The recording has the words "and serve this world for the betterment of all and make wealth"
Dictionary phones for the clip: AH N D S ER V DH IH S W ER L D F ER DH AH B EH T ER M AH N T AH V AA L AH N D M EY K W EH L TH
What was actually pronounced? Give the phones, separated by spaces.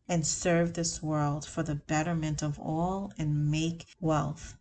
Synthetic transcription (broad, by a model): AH N S ER V DH IH S W ER L D F ER DH AH B EH T ER M AH N T AH V AA L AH N M EY K W EH L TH